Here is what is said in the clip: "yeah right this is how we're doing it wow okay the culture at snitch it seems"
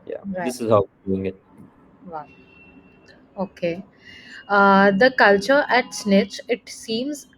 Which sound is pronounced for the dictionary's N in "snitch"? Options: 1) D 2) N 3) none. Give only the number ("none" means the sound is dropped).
2